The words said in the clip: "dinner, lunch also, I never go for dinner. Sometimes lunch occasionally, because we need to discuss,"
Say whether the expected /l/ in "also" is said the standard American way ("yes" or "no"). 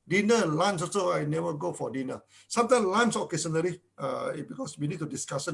no